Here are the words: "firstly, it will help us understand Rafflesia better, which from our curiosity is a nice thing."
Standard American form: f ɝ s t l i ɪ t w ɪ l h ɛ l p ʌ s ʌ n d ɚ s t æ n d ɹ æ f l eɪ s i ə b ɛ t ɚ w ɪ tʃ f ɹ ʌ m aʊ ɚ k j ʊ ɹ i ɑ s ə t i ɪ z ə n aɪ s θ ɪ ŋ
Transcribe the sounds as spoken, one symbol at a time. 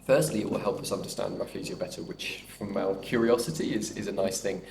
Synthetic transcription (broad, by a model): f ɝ s t l i ɪ t w ɪ l h ɛ l p ʌ s ʌ n d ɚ s t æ n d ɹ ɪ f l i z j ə b ɛ t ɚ w ɪ tʃ f ɹ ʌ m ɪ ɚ k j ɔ ɹ i ɑ s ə t i ɪ z ə n aɪ s θ ɪ ŋ